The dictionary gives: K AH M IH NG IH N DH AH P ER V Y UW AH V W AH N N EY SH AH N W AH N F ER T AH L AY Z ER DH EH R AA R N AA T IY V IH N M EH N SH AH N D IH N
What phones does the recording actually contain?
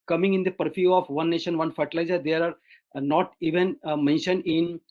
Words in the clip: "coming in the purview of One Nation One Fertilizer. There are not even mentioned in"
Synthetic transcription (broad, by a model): K AH M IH NG IH N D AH P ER F Y UW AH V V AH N N EY SH AH N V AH N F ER T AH L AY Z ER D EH R AA R N AA T IY V IH N M EH N SH AH N D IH N